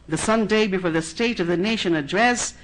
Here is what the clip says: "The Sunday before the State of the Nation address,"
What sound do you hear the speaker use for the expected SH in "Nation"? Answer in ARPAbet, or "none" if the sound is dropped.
SH